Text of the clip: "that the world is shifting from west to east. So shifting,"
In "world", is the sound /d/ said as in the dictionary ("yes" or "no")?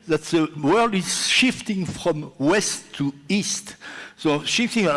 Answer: yes